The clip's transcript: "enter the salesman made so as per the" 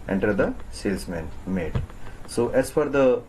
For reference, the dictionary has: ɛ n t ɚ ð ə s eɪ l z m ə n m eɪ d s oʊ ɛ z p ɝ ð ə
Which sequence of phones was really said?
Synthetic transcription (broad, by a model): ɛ n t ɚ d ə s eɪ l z m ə n m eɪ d s oʊ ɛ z f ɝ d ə